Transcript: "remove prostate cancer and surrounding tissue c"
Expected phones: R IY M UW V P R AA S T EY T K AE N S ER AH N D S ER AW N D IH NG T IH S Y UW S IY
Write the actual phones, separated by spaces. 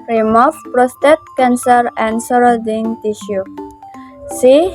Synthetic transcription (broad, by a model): R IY M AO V P R AA S T EY T K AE N S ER AH N D S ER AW D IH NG T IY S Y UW S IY